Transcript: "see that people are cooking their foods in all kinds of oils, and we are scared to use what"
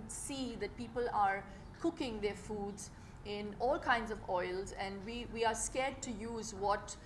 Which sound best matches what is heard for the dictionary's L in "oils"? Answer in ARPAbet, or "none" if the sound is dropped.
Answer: L